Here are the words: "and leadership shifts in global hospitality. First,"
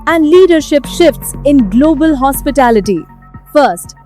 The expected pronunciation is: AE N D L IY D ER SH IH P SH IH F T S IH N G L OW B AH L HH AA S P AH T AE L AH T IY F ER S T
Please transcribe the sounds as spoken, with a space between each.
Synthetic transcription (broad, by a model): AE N D L IY D ER SH IH P SH IH F T S IH N G L OW B AH L HH AA S P AH T AE L AH T IY F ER S T